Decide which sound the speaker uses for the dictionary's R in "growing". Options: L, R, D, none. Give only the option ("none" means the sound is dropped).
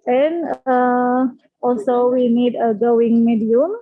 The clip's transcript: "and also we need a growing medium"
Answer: none